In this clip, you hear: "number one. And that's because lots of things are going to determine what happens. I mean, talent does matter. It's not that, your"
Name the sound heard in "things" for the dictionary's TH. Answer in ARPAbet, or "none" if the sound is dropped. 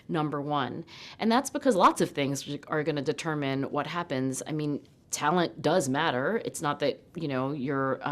TH